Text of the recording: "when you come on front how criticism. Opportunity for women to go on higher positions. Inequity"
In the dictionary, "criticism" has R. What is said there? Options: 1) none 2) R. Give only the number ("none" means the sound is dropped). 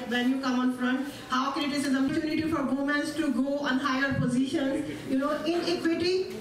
1